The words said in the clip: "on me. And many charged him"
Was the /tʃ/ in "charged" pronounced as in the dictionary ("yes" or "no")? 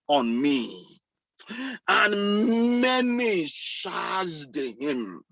no